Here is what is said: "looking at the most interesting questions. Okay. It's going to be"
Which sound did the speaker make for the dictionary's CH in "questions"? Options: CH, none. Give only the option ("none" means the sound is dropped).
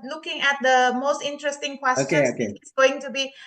none